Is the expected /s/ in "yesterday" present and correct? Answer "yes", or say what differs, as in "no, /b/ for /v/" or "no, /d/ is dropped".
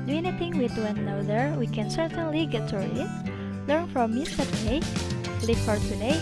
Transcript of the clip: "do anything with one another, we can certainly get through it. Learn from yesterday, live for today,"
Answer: no, /s/ is dropped